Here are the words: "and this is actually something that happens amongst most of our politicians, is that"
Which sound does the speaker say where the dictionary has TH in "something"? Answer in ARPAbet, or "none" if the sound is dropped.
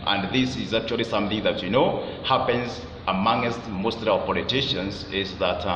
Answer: TH